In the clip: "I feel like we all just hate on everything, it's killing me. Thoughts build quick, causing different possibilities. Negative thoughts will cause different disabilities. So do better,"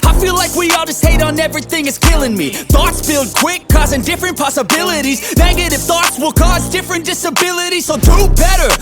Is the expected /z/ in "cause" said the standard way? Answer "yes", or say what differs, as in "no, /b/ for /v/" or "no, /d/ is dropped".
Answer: yes